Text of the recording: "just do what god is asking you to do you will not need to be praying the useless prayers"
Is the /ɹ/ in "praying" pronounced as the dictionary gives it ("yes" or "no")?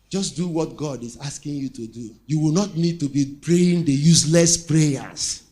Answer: yes